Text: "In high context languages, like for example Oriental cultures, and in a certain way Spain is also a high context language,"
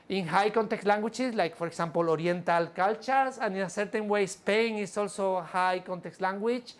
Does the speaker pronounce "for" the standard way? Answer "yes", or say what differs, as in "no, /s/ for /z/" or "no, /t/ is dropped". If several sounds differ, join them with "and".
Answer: no, /p/ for /f/